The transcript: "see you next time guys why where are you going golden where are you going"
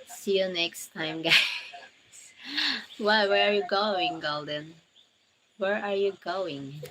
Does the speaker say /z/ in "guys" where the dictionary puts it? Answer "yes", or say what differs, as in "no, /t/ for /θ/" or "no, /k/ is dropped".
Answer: no, /s/ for /z/